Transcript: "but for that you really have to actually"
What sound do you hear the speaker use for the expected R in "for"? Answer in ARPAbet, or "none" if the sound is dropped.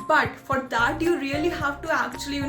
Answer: R